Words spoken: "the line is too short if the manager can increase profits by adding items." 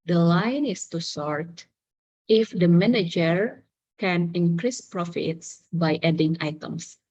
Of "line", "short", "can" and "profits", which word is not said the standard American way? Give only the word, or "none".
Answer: short